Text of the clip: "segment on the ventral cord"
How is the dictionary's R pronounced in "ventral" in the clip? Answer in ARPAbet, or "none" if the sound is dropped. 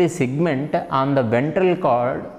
R